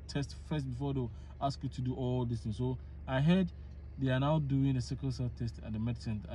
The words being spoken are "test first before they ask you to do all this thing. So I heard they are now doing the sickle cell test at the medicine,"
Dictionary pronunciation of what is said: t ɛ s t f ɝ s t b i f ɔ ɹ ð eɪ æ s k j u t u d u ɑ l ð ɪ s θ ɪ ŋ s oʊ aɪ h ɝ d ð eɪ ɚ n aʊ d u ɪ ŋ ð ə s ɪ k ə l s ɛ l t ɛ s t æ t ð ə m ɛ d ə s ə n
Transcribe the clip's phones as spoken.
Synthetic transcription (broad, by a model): t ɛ s t f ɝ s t b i f ɔ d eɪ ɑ s k j u t u d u ɑ l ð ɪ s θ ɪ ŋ s oʊ aɪ h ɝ d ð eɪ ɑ n aʊ d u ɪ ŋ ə s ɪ k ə n s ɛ t ɛ s t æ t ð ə m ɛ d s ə n